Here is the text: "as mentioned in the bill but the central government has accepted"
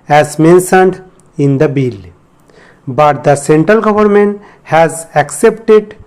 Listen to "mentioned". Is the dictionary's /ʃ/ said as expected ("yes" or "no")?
no